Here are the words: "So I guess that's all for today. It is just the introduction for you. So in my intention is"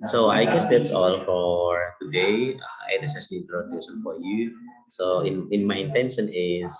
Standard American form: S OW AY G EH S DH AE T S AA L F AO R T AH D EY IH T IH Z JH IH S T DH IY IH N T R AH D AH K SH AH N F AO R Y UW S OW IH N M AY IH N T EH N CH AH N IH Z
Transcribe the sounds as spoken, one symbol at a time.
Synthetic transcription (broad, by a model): S OW AY G EH S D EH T S AA L F AO R T AH D EY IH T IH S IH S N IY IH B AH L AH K S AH N F AO R Y UW S OW IH N M AY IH N T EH N SH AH N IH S